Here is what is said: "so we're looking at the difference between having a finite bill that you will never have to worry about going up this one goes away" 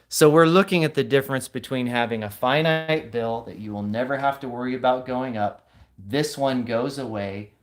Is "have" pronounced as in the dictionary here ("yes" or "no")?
no